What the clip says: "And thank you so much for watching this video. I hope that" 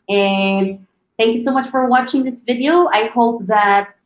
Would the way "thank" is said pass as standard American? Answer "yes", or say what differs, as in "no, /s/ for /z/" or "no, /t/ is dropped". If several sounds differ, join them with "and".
yes